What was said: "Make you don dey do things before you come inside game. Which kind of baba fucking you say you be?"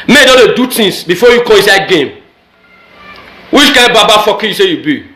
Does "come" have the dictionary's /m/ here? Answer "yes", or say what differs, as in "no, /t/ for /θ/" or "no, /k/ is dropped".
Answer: no, /m/ is dropped